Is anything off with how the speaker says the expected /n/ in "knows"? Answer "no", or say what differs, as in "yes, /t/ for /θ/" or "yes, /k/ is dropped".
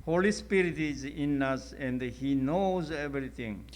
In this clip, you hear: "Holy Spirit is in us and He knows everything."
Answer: no